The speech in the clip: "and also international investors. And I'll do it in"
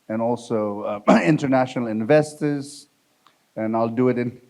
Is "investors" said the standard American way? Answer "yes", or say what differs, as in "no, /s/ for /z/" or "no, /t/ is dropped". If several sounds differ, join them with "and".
yes